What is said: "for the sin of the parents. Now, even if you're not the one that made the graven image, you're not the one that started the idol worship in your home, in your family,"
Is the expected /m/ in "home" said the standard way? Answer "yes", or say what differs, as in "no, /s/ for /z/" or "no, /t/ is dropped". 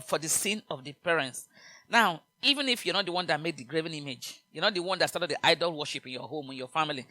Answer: yes